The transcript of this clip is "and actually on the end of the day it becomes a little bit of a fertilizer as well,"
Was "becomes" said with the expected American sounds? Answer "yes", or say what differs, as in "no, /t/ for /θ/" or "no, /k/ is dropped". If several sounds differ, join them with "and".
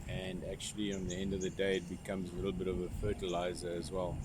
yes